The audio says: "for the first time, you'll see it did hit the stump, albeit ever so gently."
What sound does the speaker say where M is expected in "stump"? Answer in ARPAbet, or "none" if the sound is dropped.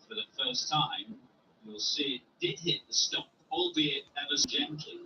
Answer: none